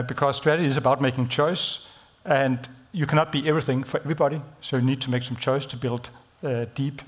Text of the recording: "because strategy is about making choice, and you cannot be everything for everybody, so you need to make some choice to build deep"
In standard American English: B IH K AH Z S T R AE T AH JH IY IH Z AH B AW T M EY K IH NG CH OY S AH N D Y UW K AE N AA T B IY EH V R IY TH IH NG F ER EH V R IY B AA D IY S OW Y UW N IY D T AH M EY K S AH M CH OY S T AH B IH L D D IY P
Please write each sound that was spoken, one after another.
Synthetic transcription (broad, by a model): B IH K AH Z S T R AE T AH JH IY IH Z AH B AW T M EY K IH NG CH OY S AH N D Y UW K AE N AA T B IY EH V R IY TH IH NG F ER EH V R IY B AA D IY S OW Y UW N IY D T AH M EY K S AH M CH OY S T AH B IH L D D IY P